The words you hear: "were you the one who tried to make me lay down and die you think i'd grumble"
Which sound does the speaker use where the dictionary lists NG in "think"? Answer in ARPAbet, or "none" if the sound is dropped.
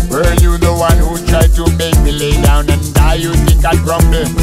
none